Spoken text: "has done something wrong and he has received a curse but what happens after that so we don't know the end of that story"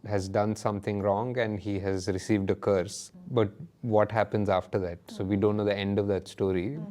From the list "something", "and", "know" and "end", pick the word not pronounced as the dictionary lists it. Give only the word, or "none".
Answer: something